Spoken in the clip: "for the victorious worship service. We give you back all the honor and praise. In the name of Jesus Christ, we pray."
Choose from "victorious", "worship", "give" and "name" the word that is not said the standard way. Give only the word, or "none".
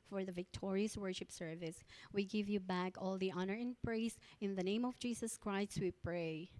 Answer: none